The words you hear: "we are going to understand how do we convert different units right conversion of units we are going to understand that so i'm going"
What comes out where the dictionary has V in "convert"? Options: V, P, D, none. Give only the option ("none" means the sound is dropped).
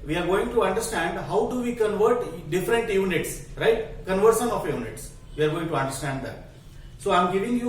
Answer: V